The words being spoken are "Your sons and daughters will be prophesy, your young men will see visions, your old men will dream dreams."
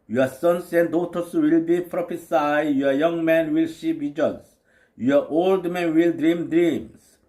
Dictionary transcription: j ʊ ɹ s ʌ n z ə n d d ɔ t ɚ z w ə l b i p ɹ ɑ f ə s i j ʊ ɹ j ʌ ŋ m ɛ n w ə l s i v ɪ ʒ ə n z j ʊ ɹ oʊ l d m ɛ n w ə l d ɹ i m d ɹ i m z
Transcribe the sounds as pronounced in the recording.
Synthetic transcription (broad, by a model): j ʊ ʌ s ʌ n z ə n d d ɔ t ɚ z w ə l b i p ɹ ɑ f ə s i j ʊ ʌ j ʌ ŋ m ɛ n w ə l ʃ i p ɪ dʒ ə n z j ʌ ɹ oʊ l d m ɛ n w ə l d ɹ i m d ɹ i m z